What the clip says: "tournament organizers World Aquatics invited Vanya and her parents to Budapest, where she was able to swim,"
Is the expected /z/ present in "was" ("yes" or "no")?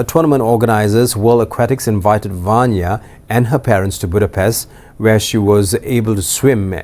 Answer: yes